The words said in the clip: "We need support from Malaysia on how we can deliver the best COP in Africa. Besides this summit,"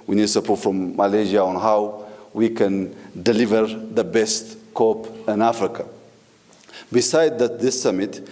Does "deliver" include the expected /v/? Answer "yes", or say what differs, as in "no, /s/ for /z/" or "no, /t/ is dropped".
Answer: yes